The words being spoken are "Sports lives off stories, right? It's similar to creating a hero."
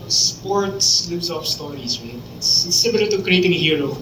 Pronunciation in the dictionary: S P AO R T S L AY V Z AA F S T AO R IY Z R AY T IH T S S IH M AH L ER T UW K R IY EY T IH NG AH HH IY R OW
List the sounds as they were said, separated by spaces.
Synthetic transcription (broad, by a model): S P AO R T S L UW Z AA F S T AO R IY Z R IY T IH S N S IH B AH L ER T UW K R IY EY T IH NG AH HH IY R OW